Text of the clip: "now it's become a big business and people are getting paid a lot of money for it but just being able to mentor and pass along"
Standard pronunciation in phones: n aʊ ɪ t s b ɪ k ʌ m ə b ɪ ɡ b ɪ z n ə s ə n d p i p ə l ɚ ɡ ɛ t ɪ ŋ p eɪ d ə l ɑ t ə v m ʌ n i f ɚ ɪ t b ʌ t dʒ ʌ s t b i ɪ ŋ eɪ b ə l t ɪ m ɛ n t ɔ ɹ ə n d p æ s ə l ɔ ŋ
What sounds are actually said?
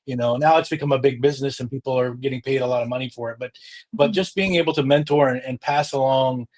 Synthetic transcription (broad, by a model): n aʊ ɪ t s b ɪ k ʌ m ə b ɪ ɡ b ɪ z n ə s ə n p i p l ɚ ɡ ɛ t ɪ ŋ p eɪ d ə l ɑ t ə v m ʌ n i f ɚ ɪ t b ʌ t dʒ ʌ s b i ɪ ŋ eɪ b l t ɪ m ɛ n t ɔ ɹ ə n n p æ s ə l ɔ ŋ